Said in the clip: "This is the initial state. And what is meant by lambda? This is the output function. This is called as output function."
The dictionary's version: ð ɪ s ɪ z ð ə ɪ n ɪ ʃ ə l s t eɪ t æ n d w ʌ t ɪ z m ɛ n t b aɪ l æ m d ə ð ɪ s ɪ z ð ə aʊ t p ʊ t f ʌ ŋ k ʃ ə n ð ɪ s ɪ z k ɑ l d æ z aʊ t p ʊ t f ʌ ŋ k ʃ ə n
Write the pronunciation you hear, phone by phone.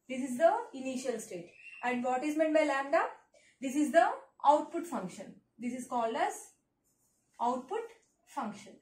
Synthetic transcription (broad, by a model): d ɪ s ɪ z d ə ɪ n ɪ ʃ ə l s t eɪ t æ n d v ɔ t ɪ z m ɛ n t b aɪ l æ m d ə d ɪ s ɪ z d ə aʊ t p ʊ t f ʌ ŋ k ʃ ə n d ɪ s ɪ z k ɑ l d æ z aʊ t p ʊ t f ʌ ŋ k ʃ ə n